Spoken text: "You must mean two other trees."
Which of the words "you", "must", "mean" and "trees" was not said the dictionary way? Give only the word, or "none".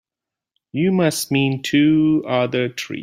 trees